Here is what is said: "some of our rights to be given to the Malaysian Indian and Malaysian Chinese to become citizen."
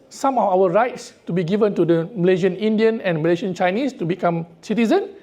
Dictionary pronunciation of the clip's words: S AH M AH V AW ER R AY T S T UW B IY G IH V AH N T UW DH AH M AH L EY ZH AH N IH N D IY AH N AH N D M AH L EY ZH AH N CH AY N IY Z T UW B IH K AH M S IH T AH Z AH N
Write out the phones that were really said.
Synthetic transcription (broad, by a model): S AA M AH F AW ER R AY T S T UW B IY G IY V AH N T UW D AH M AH L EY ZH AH N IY N D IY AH N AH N M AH L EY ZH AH N CH AY N IY S T UW B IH K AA M S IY T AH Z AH N